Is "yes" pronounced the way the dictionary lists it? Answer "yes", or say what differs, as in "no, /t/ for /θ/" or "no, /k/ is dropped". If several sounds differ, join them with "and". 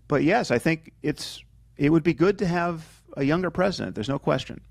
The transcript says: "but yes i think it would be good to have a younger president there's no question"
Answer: yes